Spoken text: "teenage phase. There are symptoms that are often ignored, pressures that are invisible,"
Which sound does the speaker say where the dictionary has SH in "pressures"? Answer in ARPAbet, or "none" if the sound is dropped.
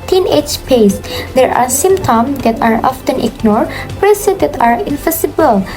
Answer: S